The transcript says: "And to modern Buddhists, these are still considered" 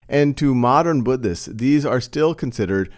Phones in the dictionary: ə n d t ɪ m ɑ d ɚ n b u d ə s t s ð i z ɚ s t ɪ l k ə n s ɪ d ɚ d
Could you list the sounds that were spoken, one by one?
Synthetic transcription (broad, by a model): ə n t ɪ m ɑ d ɚ n b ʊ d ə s s ð i z ɚ s t ɪ l k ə n s ɪ d ɚ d